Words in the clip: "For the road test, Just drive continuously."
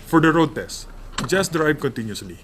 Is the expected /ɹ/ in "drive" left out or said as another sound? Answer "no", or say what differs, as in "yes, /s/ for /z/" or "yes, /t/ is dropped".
no